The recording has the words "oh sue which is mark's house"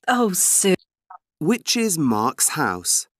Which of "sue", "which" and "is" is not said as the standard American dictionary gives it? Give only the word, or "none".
none